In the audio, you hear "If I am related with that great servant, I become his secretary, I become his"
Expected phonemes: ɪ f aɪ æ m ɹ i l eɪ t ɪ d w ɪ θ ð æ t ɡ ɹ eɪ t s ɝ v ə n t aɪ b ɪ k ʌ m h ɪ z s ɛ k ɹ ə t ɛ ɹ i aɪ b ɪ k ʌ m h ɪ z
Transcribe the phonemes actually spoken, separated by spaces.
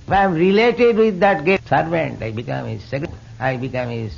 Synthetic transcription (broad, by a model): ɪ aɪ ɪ m ɹ i l eɪ t ɪ d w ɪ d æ t ɡ eɪ s ɝ v ə n t aɪ b ɪ k ʌ m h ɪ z s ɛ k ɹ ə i b ɪ k ʌ m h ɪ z